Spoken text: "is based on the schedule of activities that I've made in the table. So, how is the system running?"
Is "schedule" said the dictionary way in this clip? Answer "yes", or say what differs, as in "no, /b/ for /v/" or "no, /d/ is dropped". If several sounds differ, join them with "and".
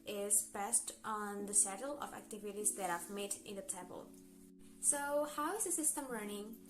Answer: no, /k/ is dropped